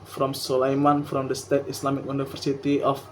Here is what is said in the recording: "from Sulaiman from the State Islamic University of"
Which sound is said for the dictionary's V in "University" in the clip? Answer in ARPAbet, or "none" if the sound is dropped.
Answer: F